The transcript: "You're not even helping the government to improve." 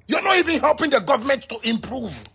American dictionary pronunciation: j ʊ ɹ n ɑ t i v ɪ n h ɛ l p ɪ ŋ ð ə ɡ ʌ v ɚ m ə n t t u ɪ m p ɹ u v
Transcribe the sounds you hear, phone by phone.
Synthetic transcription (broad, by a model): j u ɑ n ɑ t i v ɪ n h ɛ l p ɪ ŋ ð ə ɡ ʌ v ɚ m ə n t t u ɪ m p ɹ u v